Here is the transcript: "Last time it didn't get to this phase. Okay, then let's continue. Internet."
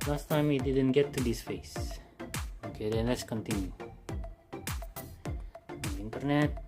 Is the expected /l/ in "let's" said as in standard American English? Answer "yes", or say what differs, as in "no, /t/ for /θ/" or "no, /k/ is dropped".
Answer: yes